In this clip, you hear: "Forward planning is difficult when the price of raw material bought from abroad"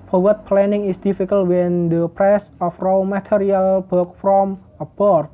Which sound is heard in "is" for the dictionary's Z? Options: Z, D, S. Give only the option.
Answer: S